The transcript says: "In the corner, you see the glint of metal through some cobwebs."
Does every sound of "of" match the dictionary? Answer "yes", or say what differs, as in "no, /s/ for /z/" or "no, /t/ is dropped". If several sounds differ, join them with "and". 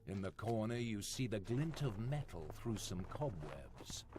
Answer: yes